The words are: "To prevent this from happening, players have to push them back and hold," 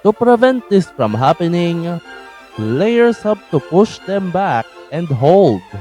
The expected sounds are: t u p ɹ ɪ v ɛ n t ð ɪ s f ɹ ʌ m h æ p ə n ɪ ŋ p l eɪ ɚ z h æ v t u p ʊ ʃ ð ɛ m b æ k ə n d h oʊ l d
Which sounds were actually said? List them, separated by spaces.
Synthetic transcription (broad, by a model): t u p ɹ ɪ v ɛ n t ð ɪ s f ɹ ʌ m h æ p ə n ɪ ŋ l l eɪ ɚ s h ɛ p t u p ʊ ʃ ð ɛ m b æ k ə n d h oʊ l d